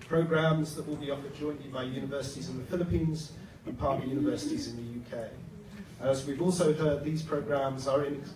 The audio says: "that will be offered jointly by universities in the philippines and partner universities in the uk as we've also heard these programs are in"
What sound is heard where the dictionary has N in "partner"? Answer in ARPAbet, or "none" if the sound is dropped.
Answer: none